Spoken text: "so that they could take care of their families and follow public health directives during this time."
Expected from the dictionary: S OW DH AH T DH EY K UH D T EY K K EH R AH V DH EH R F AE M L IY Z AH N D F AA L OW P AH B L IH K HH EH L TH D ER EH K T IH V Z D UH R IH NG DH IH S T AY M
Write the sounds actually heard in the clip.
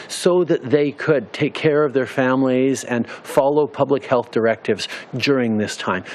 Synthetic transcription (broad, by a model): S OW DH AH T DH EY K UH D T EY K K EH R AH V DH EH R F AE M L IY Z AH N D F AA L OW P AH B L IH K HH EH L TH D ER EH K T IH V Z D UH R IH NG DH IH S T AY M